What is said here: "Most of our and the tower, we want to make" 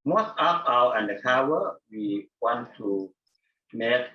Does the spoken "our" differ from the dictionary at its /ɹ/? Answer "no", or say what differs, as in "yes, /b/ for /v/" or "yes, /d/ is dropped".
yes, /w/ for /ɹ/